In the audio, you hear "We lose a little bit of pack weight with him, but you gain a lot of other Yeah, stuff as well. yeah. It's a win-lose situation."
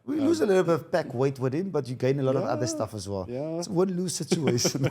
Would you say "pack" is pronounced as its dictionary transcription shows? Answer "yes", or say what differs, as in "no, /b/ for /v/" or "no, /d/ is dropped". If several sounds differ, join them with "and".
no, /b/ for /p/